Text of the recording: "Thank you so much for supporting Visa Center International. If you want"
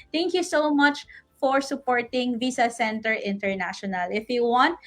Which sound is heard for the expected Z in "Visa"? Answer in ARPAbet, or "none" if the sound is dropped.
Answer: S